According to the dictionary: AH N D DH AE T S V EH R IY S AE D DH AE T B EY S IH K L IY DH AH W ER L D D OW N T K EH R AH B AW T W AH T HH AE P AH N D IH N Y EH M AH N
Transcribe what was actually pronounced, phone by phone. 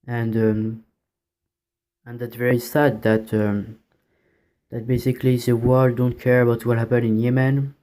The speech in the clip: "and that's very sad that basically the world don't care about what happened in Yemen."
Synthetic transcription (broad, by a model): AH N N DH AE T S V EH R IY S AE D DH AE T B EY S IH K L IY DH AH W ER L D D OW N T K EH R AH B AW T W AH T HH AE P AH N IH N Y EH M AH N